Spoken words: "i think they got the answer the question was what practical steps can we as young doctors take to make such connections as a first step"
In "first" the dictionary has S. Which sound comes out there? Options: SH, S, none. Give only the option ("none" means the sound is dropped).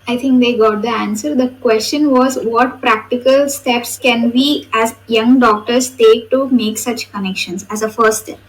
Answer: none